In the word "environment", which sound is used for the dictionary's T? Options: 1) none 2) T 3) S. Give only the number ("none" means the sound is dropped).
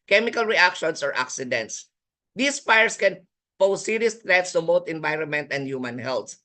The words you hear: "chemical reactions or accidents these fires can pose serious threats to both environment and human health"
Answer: 2